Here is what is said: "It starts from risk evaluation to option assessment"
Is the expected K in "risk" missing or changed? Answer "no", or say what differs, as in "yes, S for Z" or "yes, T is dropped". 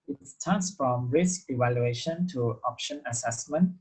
no